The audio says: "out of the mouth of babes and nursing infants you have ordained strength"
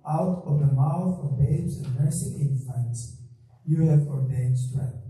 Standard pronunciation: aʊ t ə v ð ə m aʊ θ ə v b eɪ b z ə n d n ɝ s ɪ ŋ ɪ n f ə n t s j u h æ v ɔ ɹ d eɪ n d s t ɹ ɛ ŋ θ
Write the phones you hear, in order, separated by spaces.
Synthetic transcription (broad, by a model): aʊ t ə v ð ə m aʊ θ ə v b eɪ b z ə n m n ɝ s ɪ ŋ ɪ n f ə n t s j u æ f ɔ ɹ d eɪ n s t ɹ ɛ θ